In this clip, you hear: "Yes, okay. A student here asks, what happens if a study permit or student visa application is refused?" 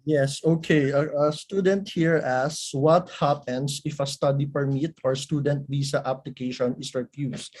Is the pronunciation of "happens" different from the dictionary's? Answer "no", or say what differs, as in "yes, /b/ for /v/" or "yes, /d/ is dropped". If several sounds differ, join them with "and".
yes, /s/ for /z/